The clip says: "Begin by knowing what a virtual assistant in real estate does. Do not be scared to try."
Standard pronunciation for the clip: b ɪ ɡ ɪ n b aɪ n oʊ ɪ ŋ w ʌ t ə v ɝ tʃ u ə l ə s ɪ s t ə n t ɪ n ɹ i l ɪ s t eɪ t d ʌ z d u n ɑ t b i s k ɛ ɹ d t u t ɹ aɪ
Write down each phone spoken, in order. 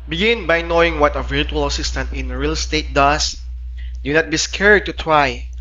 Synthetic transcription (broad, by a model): b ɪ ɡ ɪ n b aɪ n oʊ ɪ ŋ w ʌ t ə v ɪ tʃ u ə l ə s ɪ s t ə n t ɪ n ɹ i l s t eɪ t d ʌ s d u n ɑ t b i s k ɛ ɹ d t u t ɹ aɪ